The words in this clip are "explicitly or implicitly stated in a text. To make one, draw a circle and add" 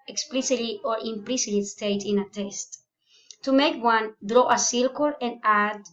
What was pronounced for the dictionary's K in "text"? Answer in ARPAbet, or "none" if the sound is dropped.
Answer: none